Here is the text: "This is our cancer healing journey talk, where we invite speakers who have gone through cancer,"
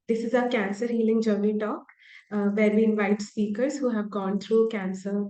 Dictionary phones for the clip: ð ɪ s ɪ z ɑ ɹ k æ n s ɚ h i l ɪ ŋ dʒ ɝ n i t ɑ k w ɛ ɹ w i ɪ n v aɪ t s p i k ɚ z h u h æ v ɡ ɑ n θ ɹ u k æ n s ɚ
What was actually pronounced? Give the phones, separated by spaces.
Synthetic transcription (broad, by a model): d ɪ s ɪ z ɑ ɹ k æ n s ɚ h i l ɪ ŋ dʒ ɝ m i t ɑ k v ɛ ɹ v i ɪ n v aɪ t s p i k ɚ z h u h æ v ɡ ɑ n t ɹ u k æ n s ɚ